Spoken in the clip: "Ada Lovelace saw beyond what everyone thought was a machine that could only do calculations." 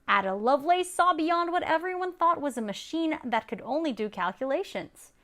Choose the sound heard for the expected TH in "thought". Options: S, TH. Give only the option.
TH